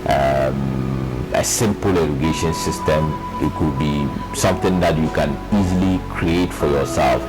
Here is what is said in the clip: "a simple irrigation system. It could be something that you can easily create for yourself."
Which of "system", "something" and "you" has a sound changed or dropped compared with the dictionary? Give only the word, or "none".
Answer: something